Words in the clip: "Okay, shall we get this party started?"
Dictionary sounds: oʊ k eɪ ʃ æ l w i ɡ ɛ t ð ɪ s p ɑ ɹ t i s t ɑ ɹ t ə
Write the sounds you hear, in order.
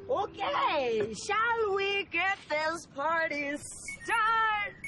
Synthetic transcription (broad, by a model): oʊ k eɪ ʃ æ l w i ɡ ɛ t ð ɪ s p ɑ ɹ t i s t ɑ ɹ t